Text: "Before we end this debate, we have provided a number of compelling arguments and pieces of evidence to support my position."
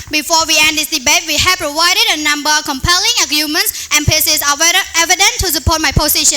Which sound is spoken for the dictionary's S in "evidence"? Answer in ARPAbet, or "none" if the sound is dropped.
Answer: none